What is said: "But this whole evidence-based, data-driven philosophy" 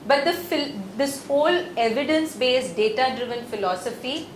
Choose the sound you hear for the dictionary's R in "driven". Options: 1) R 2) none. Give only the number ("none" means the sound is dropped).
1